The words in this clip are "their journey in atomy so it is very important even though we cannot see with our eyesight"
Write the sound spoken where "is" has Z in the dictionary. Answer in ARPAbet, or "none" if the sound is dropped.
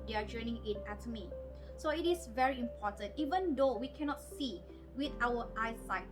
S